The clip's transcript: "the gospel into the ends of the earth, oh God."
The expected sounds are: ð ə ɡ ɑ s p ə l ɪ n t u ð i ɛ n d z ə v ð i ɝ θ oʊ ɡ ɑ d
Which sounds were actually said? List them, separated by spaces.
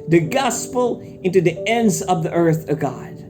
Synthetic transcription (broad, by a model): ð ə ɡ ɑ s p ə l ɪ n t u ð i ɛ n d z ə v ð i ɝ θ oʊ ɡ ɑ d